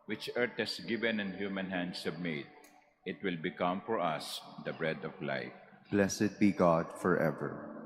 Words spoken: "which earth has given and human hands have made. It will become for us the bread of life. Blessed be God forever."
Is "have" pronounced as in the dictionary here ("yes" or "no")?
no